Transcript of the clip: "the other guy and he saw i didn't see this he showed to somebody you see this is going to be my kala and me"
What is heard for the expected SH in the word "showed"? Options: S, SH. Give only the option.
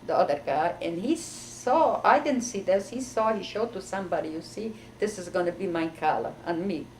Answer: SH